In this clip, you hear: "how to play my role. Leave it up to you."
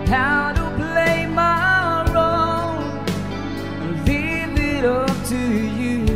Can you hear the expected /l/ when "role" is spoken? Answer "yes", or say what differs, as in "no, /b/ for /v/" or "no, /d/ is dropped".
no, /n/ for /l/